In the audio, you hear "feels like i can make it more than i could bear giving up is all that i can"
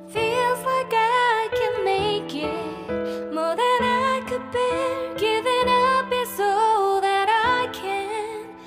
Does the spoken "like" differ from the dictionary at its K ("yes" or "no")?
yes